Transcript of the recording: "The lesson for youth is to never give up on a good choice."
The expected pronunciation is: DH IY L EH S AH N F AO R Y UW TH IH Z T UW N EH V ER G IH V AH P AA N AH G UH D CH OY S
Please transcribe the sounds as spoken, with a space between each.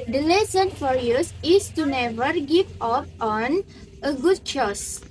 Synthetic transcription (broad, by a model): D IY L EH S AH N F AO R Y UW S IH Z T UW N EH V ER G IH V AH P AA N AH G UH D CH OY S